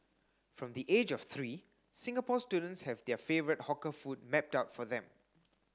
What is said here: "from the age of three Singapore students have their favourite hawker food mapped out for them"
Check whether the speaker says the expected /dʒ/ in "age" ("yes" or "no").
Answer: yes